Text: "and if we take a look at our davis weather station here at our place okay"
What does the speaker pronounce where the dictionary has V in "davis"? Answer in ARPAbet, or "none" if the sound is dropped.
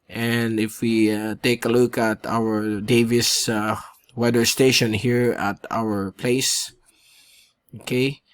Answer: V